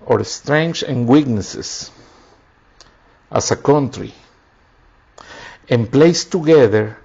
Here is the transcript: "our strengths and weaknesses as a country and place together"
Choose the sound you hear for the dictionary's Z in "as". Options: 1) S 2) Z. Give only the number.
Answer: 1